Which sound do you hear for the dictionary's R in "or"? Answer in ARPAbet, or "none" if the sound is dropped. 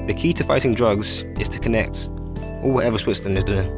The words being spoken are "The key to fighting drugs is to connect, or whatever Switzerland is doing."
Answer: L